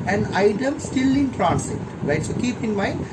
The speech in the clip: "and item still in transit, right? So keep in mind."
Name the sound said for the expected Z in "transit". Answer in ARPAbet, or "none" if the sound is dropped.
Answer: S